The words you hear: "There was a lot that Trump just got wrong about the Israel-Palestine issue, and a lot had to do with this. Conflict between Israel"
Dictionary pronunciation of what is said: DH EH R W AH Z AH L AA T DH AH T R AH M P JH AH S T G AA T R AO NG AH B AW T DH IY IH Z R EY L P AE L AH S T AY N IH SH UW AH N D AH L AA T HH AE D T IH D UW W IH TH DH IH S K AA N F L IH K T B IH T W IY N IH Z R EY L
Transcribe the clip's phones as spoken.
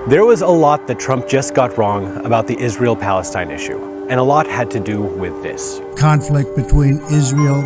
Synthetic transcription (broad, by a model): DH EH R W AH Z AH L AA T DH AH T R AH M P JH AH S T G AA T R AO NG AH B AW T DH IY IH Z R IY L P AE L AH S T AY N IH SH UW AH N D AH L AA T HH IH D T IH D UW W IH DH IH S K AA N F L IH K T B IH T W IY N IH Z R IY L